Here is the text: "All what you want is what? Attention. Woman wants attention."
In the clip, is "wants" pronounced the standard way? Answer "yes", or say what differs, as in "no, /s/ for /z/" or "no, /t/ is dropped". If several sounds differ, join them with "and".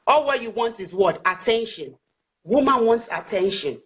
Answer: yes